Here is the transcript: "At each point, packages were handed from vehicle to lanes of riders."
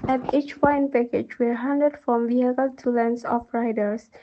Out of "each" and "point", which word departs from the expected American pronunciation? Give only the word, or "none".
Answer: point